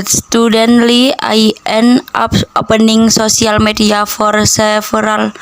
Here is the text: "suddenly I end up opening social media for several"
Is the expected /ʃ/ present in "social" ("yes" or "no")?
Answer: no